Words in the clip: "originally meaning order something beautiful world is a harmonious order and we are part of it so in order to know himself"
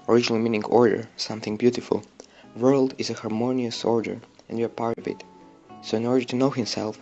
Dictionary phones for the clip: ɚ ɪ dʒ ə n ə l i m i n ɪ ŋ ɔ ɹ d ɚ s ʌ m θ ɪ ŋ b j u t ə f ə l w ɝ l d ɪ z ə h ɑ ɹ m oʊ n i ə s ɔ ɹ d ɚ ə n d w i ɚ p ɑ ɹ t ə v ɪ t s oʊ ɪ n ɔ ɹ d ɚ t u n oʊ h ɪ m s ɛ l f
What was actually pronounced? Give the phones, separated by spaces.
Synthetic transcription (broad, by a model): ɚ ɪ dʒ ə n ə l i m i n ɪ ŋ ɔ ɹ d ɚ s ʌ m θ ɪ ŋ b j u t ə f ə l w ɝ l d ɪ z ə h ɑ ɹ m oʊ n i ə s ɔ ɹ d ɚ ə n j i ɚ p ɑ ɹ t ə v ɪ t s oʊ ɪ n ɔ ɹ d ɚ t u n oʊ h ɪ m s ɛ l f